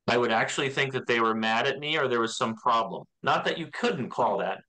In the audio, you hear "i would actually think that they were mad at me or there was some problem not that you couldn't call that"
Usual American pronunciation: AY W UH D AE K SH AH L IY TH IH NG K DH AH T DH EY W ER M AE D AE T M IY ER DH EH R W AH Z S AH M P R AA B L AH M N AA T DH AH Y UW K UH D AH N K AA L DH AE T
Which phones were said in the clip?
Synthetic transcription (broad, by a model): AY W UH D AE K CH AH L IY TH IH NG K DH AH T DH EY W ER M AE D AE T M IY ER DH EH R W AH Z S AH M P R AA B L AH M N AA T DH AH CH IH K UH D N K AA L DH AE T